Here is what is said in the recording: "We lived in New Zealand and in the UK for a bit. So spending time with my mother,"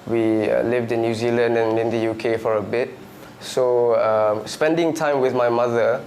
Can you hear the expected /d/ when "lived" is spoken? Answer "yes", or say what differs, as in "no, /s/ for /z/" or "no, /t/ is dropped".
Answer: yes